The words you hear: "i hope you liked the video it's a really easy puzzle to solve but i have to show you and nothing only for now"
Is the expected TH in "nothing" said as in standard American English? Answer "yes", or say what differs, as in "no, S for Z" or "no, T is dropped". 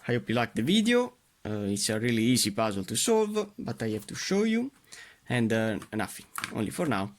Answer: no, F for TH